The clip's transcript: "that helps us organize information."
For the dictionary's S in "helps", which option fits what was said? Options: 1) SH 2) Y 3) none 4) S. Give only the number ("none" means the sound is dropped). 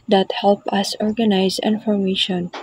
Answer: 3